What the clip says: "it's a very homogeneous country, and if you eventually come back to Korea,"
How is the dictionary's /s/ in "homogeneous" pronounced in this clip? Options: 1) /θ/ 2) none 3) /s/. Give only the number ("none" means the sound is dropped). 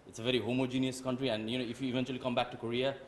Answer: 3